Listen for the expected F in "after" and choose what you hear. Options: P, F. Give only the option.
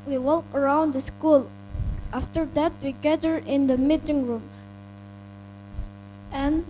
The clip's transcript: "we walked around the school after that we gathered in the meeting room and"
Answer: F